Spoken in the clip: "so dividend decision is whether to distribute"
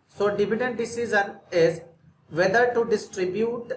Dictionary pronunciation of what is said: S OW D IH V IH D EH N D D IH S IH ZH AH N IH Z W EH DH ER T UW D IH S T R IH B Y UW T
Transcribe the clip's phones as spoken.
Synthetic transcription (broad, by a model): S OW D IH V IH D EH N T D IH S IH Z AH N IH Z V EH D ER T UW D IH S T R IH B Y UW T